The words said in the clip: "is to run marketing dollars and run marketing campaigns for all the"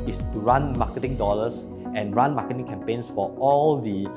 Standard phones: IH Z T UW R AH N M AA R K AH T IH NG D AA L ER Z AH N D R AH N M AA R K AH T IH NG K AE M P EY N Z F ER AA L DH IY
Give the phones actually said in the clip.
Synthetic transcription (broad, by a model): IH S T UW R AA N M AA K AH T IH NG D AA L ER S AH N R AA N M AA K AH T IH NG K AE M P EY N S F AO AA L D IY